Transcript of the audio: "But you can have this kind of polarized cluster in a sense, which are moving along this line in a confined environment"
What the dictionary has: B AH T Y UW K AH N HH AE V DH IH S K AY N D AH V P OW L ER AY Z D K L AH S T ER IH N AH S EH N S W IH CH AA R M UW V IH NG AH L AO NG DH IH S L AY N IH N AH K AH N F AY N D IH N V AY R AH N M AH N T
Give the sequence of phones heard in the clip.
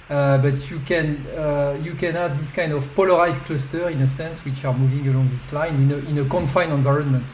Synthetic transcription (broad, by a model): B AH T Y UW K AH N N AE V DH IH S K AY N D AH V P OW L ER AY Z K L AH S T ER IH N AH S EH N S W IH CH AA R M UW V IH NG AH L AO NG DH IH S L AY N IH N AH K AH N F AY N IH N V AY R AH N M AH N T